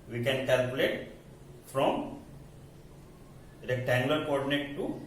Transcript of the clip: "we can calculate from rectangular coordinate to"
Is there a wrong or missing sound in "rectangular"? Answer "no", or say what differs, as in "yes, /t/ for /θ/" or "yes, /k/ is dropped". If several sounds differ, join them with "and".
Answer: yes, /k/ is dropped